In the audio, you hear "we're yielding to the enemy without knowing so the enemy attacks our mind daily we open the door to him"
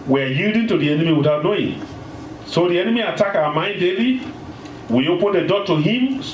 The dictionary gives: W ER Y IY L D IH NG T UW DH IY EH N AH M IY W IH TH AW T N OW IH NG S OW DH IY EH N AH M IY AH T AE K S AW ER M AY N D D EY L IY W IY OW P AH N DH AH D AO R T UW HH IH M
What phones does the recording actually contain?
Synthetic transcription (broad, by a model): W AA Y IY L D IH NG T UW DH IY EH N AH M IY W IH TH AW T N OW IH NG S OW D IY EH N AH M IY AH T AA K AW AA M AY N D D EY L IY W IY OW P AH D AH D AO T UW HH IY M